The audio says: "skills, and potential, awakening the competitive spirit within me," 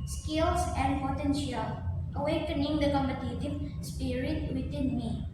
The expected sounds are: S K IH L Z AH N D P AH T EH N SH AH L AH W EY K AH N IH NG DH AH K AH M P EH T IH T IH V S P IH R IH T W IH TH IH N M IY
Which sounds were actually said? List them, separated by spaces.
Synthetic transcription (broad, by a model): S K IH L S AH N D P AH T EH N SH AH L AH W EY K AH N IH NG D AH K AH M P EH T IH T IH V S P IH R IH T W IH T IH N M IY